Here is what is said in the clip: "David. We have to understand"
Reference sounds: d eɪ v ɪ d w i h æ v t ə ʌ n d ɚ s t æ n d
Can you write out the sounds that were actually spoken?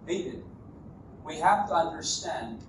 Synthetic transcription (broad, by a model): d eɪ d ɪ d w i h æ f t ə ʌ n d ɚ s t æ n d